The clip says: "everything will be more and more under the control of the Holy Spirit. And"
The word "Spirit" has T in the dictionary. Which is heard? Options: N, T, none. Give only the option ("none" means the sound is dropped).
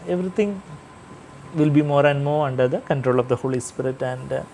T